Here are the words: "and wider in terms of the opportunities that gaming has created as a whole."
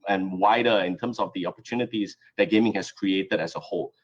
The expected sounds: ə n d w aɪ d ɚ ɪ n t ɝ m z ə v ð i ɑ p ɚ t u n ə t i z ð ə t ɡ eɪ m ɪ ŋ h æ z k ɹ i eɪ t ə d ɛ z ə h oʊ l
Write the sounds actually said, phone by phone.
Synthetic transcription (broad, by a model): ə n w aɪ d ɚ ɪ n t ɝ m s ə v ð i ɑ p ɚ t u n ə t i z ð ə t ɡ eɪ m ɪ ŋ h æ s k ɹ i eɪ t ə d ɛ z ə h oʊ l